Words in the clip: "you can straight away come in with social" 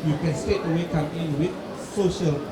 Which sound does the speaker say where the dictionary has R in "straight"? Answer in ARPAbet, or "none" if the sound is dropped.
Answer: none